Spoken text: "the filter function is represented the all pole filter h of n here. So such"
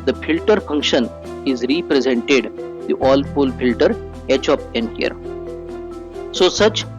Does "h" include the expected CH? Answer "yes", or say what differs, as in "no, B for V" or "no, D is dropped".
yes